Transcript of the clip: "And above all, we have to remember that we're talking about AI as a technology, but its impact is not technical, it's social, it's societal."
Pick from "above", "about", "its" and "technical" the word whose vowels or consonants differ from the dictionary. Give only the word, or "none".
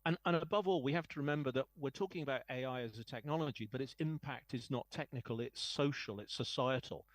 none